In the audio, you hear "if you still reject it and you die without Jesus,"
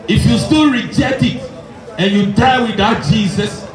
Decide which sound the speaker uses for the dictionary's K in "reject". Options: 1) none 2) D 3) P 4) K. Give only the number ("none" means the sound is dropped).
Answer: 1